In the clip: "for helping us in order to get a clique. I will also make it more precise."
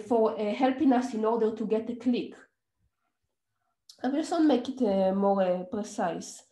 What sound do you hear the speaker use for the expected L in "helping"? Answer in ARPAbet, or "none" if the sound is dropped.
L